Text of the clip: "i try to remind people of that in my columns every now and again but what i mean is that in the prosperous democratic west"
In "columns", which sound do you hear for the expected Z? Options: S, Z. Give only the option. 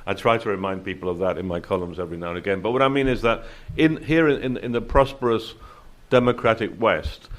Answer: Z